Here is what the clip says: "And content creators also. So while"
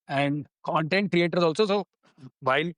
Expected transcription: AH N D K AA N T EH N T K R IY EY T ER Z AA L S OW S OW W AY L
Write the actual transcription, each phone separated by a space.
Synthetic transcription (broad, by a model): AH N D K AA N T EH N T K R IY EY T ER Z AA L S OW S OW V AY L